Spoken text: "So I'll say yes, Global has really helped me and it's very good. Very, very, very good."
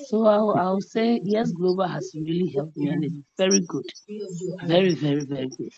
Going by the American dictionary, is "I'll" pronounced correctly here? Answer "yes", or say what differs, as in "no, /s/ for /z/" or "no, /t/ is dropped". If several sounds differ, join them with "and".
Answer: no, /w/ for /l/